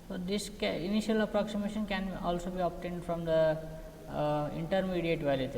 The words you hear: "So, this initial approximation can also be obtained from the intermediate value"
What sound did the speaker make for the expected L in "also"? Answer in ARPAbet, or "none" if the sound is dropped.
L